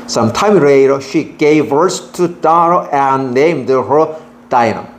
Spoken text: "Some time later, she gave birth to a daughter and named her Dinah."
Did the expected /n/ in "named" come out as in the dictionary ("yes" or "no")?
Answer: yes